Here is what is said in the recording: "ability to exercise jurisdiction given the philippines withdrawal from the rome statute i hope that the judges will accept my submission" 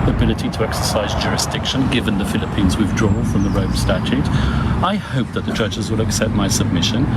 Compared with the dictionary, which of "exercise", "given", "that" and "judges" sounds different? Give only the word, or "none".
none